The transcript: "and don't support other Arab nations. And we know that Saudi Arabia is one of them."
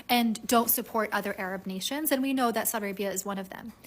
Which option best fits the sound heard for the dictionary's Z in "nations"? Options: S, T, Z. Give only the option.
Z